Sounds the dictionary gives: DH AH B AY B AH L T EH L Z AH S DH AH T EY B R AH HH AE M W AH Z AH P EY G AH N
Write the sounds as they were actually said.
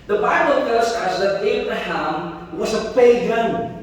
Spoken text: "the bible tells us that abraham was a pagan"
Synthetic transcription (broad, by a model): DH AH B AY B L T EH Z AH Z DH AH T EY B R AH HH AE M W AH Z AH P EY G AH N